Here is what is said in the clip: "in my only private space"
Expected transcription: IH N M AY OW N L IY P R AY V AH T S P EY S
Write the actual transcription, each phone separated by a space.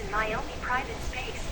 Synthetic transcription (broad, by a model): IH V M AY OW N L IY P R AY V AH T S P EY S